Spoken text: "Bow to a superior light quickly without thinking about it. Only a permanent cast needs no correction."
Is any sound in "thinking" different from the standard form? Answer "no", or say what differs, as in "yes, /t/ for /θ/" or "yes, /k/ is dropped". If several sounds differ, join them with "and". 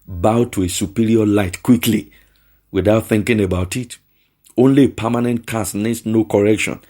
no